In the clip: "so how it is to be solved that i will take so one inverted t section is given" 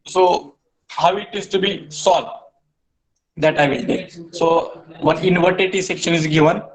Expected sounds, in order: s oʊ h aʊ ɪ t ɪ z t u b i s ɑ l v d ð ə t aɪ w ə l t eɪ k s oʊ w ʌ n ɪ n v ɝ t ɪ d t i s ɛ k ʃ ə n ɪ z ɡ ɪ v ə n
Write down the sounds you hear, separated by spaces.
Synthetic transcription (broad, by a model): s oʊ h aʊ ɪ t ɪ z t u b i s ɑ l d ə t aɪ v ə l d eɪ s oʊ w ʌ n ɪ n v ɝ t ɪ t i s ɛ k ʃ ə n ɪ z ɡ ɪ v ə n